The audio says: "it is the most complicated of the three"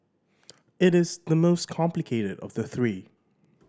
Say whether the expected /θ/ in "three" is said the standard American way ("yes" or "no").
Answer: yes